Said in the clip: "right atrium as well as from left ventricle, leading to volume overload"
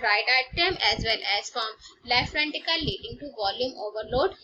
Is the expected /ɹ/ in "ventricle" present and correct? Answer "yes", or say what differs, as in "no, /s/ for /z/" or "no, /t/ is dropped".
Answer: no, /ɹ/ is dropped